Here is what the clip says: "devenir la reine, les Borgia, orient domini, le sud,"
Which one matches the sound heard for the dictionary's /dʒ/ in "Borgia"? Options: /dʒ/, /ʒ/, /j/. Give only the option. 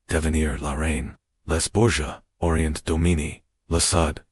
/ʒ/